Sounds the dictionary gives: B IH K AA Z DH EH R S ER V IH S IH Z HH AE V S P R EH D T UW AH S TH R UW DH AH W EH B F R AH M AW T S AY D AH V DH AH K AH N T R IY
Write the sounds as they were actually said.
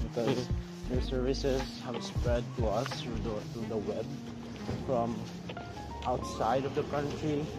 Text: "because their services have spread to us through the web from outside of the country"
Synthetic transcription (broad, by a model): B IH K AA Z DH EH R S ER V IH S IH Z HH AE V S P R EH D T UW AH S T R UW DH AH W EH B F R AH M AW T S AY D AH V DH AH K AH N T R IY